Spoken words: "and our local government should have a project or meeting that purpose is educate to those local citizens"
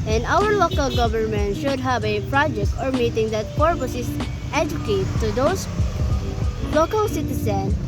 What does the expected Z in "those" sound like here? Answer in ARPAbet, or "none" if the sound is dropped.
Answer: S